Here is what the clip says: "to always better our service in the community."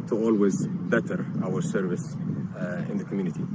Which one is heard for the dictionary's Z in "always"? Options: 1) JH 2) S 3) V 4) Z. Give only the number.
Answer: 4